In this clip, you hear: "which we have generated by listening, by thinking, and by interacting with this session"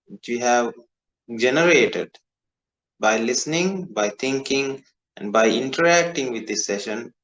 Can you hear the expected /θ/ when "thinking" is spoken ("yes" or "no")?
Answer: no